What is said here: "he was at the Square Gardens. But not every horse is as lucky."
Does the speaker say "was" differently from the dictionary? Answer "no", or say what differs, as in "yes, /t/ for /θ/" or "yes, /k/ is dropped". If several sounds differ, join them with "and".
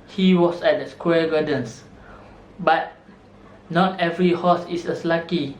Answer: yes, /s/ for /z/